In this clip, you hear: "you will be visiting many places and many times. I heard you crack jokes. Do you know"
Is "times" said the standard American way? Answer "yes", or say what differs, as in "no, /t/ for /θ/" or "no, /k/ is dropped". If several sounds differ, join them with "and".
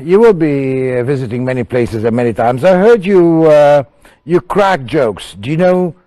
yes